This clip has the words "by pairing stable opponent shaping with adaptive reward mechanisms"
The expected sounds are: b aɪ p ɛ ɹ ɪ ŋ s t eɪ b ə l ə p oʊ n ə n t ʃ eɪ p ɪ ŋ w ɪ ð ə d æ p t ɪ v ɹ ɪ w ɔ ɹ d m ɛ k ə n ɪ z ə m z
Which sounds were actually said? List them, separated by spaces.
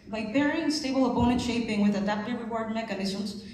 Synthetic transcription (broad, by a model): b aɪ b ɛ ɹ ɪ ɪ s t eɪ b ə l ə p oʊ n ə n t ʃ eɪ p ɪ ŋ w ɪ ð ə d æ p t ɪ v ɹ ɪ w ɔ ɹ d m ɛ k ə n ɪ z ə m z